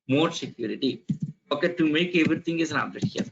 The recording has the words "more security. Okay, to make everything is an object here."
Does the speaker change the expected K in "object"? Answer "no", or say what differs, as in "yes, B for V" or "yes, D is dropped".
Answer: yes, K is dropped